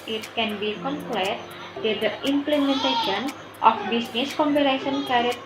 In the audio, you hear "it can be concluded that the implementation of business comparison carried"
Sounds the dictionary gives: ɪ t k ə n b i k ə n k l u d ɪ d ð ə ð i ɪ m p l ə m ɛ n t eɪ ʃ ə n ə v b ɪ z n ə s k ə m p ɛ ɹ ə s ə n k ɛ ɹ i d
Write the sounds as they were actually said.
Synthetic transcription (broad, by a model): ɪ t k ə n b i k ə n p l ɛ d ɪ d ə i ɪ m p l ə m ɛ n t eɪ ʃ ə n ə f b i s n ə s k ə m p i l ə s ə n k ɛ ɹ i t